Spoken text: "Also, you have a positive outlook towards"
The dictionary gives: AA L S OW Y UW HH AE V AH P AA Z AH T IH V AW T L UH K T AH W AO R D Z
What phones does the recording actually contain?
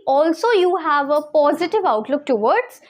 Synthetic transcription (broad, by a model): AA L S OW Y UW HH AE V AH P AA Z AH T IH V AW T L UH K T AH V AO R D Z